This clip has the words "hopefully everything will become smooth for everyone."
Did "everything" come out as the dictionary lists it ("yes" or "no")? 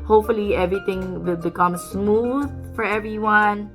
no